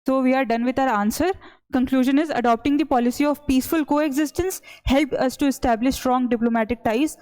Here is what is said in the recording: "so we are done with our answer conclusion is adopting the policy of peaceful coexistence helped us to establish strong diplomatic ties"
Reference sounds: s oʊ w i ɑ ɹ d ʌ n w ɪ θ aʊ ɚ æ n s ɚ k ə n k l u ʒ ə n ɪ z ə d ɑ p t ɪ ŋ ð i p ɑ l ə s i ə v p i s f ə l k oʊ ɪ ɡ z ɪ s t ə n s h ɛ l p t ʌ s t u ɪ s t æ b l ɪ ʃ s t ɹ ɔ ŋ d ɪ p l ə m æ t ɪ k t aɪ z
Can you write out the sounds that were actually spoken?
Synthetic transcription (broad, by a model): s oʊ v i ɑ ɹ d ʌ n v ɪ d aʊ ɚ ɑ n s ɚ k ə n k l u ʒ ə n ɪ z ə d ɑ p t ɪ ŋ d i p ɑ l ə s i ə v p i s f ə l k oʊ ɪ ɡ z ɪ s t ə n s h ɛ l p ʌ s t u ɪ s t æ b l ɪ ʃ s t ɹ ɔ ŋ d ɪ p l ə m æ t ɪ k t aɪ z